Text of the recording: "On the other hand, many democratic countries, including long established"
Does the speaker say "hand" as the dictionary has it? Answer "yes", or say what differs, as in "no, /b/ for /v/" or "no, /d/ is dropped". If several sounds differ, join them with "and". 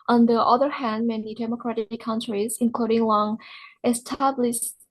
yes